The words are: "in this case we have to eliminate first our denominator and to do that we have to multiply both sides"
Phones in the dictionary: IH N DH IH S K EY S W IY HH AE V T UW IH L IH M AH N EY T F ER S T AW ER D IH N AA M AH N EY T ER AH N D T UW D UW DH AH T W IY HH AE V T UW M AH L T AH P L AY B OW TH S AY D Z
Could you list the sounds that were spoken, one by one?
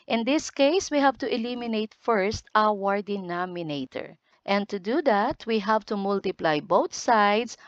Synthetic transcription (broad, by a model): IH N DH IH S K EY S W IY HH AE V T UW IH L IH M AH N EY T F ER S T AW ER D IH N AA M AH N EY T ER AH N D T UW D UW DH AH T W IY HH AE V T UW M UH L T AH P L AY B OW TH S AY D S